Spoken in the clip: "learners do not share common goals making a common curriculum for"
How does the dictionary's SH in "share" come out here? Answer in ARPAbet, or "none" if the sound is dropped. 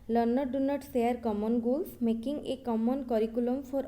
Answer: S